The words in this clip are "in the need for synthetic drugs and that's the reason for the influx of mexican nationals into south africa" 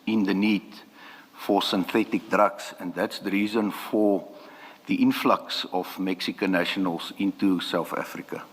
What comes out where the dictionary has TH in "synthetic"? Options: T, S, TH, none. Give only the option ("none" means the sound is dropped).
TH